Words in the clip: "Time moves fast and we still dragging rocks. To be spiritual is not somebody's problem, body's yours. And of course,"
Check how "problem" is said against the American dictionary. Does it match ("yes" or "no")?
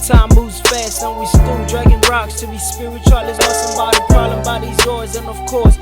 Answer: no